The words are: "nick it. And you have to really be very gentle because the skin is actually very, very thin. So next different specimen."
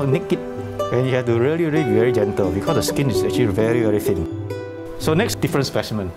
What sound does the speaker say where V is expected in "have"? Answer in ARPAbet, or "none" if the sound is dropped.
F